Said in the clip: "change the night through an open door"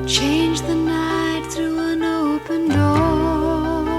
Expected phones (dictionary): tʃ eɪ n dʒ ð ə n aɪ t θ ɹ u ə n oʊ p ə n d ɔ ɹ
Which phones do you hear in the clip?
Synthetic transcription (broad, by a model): tʃ eɪ n dʒ ð ə n aɪ t θ ɹ u ə n oʊ p ə n d ɔ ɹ